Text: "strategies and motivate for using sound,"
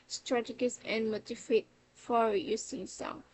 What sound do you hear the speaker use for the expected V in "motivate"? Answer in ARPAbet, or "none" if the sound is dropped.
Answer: F